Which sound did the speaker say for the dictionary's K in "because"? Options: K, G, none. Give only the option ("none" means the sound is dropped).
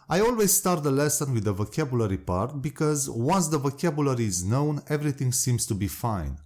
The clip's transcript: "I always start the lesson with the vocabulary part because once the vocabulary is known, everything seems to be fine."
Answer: K